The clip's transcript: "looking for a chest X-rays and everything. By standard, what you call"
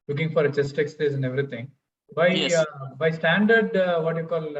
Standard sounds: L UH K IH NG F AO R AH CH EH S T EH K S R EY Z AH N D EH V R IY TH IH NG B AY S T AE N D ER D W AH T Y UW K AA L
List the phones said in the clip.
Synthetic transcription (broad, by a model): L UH K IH NG F AO R AH CH EH S T EH K S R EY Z AH N D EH V R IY T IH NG B AY S T AE N D ER D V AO T Y UW K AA L